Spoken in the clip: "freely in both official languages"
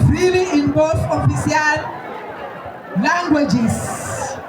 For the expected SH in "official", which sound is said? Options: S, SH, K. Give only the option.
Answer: S